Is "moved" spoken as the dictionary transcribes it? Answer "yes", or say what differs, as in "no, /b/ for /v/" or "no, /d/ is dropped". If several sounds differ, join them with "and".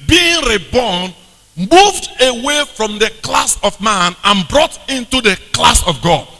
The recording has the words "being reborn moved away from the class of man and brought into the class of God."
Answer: yes